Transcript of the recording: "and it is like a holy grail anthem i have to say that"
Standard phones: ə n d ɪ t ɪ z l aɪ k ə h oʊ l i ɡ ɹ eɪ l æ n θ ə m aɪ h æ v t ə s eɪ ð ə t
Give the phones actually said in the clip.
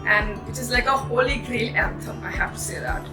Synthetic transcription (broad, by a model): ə n ɪ t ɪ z l aɪ k ə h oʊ l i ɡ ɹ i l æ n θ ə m aɪ h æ f t ə s eɪ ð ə t